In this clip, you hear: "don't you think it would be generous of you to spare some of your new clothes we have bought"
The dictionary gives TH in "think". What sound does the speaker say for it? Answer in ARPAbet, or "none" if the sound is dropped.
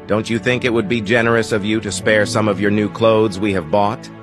TH